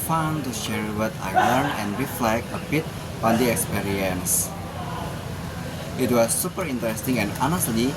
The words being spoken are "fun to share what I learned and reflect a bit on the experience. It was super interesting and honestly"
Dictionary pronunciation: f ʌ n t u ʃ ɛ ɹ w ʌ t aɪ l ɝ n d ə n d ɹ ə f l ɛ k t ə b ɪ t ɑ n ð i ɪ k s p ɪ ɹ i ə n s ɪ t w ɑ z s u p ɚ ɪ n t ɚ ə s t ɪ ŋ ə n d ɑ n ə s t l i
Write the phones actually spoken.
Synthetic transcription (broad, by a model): f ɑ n t u ʃ ɛ ɹ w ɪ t aɪ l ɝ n ə n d ɹ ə f l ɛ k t ə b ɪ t ɑ n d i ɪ k s p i ɹ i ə n s ɪ t w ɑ s u p ɚ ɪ n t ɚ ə s t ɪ ŋ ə n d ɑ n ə s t l i